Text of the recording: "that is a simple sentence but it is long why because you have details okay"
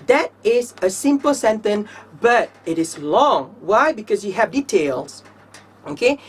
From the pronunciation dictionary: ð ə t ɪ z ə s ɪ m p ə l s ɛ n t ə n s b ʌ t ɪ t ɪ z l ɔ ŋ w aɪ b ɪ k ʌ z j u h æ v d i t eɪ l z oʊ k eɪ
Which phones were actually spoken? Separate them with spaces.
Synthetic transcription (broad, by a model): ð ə t ɪ z ə s ɪ m p ə l s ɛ n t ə n b ʌ t ɪ t ɪ z l ɔ ŋ w aɪ b ɪ k ʌ z j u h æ v d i t eɪ l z oʊ k eɪ